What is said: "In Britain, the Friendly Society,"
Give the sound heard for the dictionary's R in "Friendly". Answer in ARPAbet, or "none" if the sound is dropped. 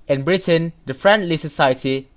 R